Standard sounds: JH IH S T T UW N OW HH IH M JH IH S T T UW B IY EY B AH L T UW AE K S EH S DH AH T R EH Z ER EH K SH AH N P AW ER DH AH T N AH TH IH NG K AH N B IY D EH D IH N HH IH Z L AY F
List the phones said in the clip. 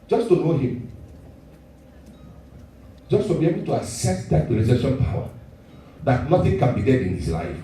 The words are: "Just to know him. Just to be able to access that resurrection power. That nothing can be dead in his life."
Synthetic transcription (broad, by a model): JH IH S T T UW N OW HH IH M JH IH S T T UW B IY EY B AH L T UW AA S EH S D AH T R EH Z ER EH SH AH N P AW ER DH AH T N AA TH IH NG K AH N B IY D EH D IH N HH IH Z L AY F